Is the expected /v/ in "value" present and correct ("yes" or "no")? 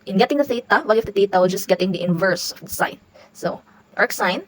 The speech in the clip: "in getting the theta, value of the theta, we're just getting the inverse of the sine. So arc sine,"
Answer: no